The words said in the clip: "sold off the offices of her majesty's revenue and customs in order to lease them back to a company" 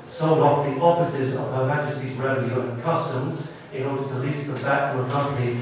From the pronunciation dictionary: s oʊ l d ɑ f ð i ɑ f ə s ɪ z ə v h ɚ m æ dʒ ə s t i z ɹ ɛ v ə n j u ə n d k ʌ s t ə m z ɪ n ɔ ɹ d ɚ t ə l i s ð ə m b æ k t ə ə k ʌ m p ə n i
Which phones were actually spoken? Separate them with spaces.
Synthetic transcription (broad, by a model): s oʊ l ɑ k ð i ɑ f ə s ɪ z ə v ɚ m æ dʒ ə s t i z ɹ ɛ ə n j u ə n k ʌ s t ə m z ɪ n ɔ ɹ d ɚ t ə l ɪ s ð ə m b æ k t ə ə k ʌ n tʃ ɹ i